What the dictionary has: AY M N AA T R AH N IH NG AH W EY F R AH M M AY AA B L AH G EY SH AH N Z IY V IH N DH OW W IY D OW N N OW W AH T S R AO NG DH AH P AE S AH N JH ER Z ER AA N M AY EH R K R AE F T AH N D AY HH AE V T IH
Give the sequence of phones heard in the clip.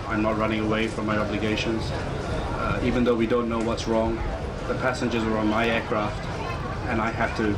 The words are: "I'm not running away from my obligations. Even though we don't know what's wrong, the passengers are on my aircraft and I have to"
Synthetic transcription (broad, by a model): AY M N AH T R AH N IH NG AH W EY F R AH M M AY AA B L AH G EY SH AH N Z IY V IH N DH OW W IY D OW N N OW W AH T S R AO NG DH AH P AE S AH N JH ER Z ER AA N M AY EH R K R AE F T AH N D AY HH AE F T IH